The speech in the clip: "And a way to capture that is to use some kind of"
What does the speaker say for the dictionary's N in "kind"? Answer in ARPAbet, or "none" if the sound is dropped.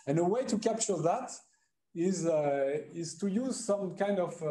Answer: N